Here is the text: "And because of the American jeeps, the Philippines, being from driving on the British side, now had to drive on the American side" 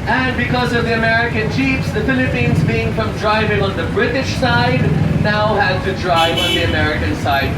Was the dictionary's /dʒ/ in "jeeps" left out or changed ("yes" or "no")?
yes